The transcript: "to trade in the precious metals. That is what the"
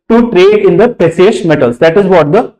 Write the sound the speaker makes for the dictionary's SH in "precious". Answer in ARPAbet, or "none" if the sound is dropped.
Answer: S